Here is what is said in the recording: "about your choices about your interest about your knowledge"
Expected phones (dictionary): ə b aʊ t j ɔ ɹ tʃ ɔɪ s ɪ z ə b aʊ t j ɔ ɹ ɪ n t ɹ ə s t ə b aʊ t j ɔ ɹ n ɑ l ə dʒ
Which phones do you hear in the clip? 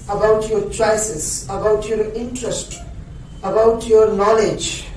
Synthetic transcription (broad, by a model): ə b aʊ t j ɔ ɹ tʃ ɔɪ s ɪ s ə b aʊ t j ɔ ɹ ɪ n t ɹ ə s t ə b aʊ t j ɔ ɹ n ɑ l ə dʒ